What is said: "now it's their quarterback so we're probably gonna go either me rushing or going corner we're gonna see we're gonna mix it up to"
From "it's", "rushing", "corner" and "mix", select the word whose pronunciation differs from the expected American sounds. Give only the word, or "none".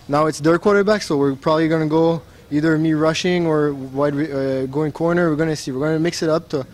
none